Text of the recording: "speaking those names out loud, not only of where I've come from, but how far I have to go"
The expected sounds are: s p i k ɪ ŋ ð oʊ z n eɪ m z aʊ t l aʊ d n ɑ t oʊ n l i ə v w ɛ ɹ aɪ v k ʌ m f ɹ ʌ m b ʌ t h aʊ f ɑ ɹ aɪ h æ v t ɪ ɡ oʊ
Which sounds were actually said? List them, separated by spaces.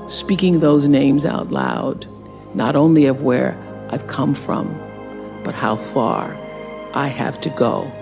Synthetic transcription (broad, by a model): s p i k ɪ ŋ ð oʊ z n eɪ m z aʊ t l aʊ d n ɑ t oʊ n l i ə v w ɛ ɹ aɪ v k ʌ m f ɹ ʌ m b ʌ t h aʊ f ɑ ɹ aɪ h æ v t ɪ ɡ oʊ